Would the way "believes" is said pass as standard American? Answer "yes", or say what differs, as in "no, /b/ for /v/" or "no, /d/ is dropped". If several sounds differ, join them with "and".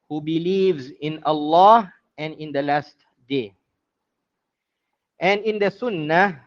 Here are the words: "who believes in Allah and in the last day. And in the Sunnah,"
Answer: yes